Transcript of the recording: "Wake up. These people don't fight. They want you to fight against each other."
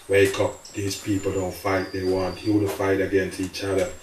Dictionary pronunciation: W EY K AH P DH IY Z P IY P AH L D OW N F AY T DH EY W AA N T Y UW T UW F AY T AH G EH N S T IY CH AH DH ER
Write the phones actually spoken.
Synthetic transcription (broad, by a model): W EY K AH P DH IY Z P IY P AH L D OW N F AY T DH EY W AA N T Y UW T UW F AY T AH G EH N S T IY CH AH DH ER